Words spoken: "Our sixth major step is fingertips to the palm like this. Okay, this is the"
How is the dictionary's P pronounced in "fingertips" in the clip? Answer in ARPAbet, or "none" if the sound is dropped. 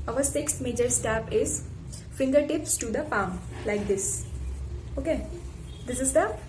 P